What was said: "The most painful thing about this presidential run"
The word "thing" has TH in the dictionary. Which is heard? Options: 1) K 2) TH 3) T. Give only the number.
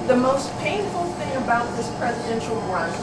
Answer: 2